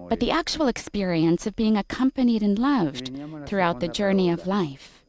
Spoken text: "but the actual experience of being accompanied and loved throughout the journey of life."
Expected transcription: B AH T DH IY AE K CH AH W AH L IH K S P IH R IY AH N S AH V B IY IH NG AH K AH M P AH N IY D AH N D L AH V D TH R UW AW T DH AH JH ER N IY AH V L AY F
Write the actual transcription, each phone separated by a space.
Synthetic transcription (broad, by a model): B AH T DH IY AE K CH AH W L IH K S P IH R IY AH N S AH V B IY IH NG AH K AH M P AH N IY D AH N L AH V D TH R UW AW T DH AH JH ER N IY AH V L AY F